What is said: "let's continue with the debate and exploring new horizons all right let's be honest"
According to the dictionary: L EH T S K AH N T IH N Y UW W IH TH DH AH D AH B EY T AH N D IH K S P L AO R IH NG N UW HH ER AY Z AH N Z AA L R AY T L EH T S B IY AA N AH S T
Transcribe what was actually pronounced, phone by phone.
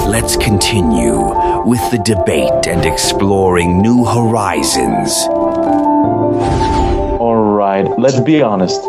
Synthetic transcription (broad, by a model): L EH T S K AH N T IH N Y UW W IH DH AH D AH B EY T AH N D IH K S P L AO R IH NG N UW HH ER AY Z AH N Z AA L R AY T L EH T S B IY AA N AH S T